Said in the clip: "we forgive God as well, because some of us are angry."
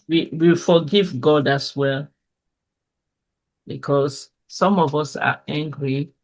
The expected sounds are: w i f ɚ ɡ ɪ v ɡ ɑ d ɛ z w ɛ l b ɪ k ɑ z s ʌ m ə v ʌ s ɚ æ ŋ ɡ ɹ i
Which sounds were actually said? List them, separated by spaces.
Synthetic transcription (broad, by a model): w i f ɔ ɡ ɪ v ɡ ɑ d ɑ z w ɛ l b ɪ k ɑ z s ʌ m ə v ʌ s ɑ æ ŋ ɡ ɹ i